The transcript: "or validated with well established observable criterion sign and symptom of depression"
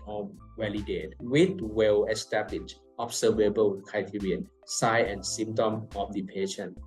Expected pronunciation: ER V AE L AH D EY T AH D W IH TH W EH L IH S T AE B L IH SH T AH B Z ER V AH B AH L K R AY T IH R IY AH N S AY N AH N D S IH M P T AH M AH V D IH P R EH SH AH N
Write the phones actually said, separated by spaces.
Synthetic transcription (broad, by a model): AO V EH L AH D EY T W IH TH W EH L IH S T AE B L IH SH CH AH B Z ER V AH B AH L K AY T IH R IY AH N S AY AH N S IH M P T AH M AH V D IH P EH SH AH N